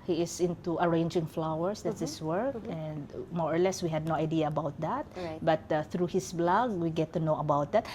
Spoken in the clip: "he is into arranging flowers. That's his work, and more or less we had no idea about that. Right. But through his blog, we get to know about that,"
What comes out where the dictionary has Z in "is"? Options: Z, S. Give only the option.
S